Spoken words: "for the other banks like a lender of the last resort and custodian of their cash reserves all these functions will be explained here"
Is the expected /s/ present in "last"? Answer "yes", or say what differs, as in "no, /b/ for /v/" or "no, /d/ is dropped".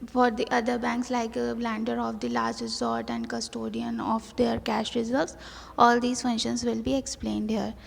no, /s/ is dropped